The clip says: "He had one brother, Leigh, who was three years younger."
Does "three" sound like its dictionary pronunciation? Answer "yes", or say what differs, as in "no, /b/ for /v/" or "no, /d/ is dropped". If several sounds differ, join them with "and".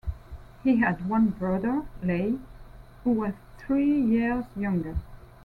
yes